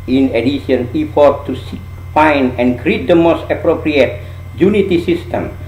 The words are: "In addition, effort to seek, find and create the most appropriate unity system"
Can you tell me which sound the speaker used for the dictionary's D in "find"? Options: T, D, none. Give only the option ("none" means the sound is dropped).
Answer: none